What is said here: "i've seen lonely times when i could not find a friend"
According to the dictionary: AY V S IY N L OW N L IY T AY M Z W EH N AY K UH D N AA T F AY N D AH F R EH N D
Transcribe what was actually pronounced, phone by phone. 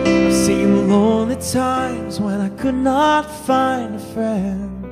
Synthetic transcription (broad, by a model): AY S IY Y L OW N L IY T AY M Z W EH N AY K UH D N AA T F AY N D AH F R EH N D